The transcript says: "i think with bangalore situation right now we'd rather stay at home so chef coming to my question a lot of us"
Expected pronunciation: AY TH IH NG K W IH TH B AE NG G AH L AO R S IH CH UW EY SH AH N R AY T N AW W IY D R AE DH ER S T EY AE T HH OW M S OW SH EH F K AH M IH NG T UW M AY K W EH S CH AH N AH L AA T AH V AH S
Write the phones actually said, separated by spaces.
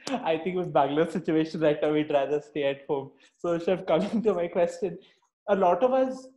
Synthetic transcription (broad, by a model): AY T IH NG K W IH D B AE G L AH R S IH CH UW EY SH AH N R AY T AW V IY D R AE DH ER S T EY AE T HH OW M S OW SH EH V K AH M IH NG T UW M AY K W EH S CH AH N AH L AA T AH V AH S